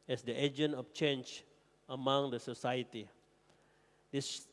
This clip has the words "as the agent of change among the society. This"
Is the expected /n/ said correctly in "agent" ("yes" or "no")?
yes